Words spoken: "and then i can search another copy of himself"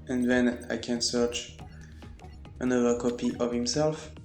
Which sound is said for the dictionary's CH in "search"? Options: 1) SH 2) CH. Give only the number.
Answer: 2